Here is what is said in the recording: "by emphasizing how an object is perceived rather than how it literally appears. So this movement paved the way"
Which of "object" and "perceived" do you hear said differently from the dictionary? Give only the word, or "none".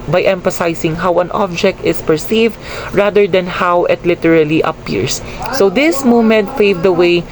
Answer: none